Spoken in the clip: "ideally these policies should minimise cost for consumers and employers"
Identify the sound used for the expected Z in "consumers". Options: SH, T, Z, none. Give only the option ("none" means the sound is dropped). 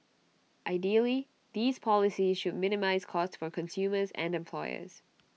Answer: Z